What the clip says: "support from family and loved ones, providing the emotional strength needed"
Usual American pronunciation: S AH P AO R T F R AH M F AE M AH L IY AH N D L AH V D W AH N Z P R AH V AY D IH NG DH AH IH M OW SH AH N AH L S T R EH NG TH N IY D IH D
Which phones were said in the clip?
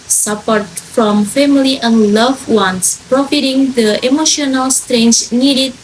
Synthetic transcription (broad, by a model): S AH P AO R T F R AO M F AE M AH L IY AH N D L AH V W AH N S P R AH F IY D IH NG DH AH IH M OW SH AH N AH L S T R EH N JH N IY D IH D